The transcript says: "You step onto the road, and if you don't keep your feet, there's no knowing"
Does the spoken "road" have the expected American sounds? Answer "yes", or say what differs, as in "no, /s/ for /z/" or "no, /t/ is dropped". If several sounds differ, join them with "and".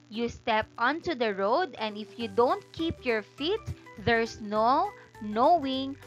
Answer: yes